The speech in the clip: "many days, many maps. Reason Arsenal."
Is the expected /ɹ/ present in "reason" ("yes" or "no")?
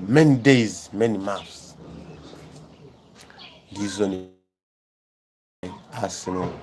no